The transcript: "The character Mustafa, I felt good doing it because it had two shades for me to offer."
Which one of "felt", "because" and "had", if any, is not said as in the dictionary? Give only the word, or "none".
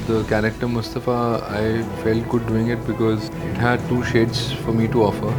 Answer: none